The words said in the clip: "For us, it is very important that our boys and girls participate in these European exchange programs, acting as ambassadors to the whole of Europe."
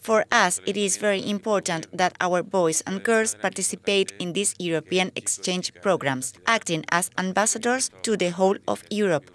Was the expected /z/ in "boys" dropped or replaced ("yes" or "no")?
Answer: yes